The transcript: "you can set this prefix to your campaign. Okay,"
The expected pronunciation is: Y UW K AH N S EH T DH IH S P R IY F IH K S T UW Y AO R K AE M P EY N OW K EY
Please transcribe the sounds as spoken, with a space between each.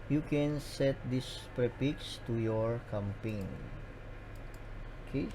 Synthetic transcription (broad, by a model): Y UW K AH N S EH T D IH S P R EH P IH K S T UW Y AO R K AE M P EY N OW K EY